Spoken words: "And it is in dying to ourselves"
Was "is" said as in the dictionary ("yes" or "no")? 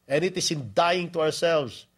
no